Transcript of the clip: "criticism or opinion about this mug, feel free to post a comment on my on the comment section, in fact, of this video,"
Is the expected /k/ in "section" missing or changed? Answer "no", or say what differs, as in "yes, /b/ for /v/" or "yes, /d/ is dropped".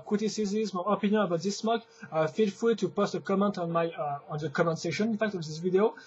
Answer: yes, /k/ is dropped